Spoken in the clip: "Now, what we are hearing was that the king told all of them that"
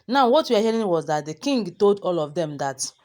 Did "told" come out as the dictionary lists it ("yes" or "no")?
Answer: yes